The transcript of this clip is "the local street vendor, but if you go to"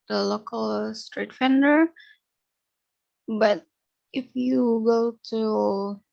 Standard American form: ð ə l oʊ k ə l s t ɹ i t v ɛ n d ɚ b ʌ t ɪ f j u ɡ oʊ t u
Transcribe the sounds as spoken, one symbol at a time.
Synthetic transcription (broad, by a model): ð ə l oʊ k ə l s t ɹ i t f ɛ n d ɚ b ʌ t ɪ f j u ɡ oʊ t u